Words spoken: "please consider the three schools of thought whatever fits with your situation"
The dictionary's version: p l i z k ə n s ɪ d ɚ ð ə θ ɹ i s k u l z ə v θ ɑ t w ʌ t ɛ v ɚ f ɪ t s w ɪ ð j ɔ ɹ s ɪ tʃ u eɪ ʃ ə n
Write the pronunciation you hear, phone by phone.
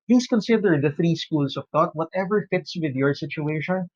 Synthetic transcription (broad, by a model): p l i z k ə n s ɪ d ɚ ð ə θ ɹ i s k u l s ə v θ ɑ t w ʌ t ɛ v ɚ f ɪ t s w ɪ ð j ɔ ɹ s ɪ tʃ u eɪ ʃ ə n